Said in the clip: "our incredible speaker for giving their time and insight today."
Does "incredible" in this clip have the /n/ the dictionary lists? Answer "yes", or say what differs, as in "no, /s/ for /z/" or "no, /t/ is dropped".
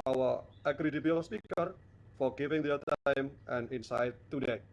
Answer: no, /n/ is dropped